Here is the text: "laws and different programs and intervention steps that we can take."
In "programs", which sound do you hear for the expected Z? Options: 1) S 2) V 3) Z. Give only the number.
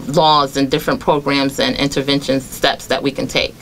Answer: 3